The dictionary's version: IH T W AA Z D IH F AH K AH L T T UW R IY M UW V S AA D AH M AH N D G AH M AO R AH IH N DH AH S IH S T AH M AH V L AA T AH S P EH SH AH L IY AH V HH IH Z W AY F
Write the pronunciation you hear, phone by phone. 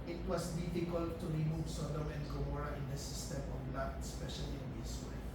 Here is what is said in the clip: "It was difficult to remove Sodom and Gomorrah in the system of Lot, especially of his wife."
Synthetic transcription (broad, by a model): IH T W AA S D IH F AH K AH L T T UW R IY M UW V S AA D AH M AH N D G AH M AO R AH IH N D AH S IH S T AH M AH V L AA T S P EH SH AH L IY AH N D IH S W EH